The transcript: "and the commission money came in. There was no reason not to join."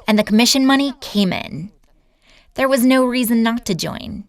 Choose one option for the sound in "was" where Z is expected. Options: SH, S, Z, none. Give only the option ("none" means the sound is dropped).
Z